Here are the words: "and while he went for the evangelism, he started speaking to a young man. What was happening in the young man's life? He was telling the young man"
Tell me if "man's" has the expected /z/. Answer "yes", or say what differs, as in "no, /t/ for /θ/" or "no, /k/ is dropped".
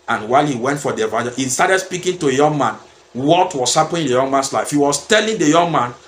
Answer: no, /s/ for /z/